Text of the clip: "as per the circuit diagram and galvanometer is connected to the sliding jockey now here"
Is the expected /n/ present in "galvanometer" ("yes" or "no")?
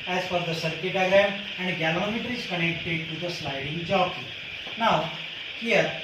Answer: no